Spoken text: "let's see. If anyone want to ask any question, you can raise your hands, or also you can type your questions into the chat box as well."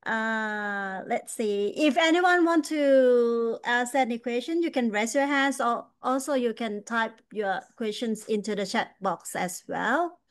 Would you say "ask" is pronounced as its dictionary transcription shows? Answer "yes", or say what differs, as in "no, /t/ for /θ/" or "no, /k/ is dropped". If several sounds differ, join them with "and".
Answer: no, /k/ is dropped